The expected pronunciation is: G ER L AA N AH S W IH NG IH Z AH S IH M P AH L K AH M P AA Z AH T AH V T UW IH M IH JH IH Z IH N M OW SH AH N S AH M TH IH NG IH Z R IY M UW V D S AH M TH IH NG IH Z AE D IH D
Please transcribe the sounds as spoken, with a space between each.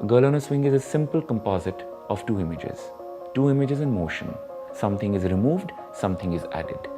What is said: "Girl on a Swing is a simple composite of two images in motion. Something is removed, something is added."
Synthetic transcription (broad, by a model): G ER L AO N AH S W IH NG IH Z AH S IH M P AH L K AH M P AA Z AH T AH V T UW IH M IH JH IH Z IH N M OW SH AH N S AH M T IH NG IH Z R IY M UW V D S AH M T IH NG IH Z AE D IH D